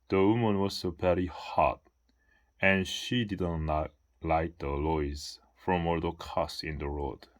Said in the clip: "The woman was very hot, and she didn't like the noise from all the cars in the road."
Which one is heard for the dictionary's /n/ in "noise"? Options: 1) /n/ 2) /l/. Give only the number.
2